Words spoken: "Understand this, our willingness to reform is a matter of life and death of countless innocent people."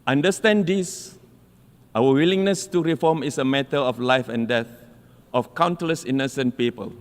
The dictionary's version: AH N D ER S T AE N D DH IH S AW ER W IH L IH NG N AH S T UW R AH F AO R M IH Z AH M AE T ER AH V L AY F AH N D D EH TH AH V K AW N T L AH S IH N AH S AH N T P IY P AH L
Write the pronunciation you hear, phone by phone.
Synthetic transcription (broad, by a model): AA N D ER S T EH N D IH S AW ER W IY L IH NG N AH S T UW R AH F AO M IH S AH M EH T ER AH F L AY F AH N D D EH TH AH F K AW N T L AH S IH N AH S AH N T P IY P AH L